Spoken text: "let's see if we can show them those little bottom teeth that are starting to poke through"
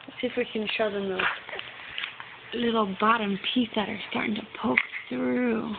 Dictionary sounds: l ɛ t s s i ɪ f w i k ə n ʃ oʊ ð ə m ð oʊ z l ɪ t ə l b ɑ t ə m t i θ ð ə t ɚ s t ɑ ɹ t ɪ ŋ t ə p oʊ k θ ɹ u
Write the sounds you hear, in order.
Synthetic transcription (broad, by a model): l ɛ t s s ɪ f w i k ə n ʃ oʊ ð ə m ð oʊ s l ɪ t l b ɑ t ə m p i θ ð ə t ɚ s t ɑ ɹ t ɪ ŋ t ə p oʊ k θ ɹ u